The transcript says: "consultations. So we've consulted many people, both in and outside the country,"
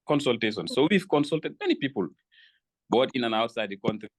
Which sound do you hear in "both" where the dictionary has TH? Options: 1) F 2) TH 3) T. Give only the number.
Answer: 3